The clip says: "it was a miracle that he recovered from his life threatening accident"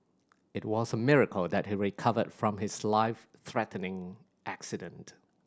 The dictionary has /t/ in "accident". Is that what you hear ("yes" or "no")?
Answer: yes